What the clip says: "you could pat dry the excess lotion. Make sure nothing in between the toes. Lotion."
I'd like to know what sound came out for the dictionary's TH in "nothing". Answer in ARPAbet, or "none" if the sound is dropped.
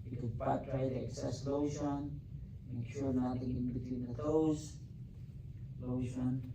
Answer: T